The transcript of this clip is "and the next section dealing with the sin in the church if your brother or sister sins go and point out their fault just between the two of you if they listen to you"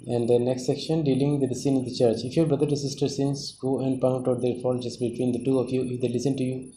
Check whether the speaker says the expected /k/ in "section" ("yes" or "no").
yes